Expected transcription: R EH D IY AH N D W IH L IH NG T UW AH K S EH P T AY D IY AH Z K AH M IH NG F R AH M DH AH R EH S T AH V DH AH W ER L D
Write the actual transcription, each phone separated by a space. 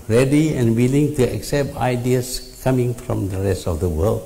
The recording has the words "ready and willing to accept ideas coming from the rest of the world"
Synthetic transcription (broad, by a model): R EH D IY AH N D W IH L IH NG T UW AH K S EH P T AY D IY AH S K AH M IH NG F R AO M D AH R EH S T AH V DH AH W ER L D